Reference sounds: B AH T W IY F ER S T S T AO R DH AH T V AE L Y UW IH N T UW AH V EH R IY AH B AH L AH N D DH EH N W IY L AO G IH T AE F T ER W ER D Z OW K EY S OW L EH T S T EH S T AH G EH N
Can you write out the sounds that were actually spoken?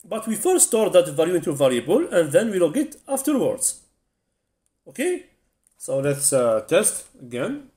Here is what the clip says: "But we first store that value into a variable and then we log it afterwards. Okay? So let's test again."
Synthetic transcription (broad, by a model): B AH T W IY F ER T S T AO R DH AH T V AE L Y UW IH N T UW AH V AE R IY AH B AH L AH N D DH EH N W IY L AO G IH T AE F T ER W ER D Z OW K EY S OW L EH T S T EH S T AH G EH N